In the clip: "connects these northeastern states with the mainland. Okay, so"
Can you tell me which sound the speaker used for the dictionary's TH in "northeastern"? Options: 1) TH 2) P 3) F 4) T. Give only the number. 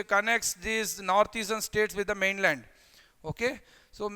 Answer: 4